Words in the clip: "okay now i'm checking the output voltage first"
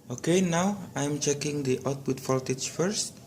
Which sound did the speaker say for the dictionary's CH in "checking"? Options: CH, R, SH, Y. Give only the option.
CH